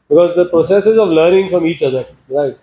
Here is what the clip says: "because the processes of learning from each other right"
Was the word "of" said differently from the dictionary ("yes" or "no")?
no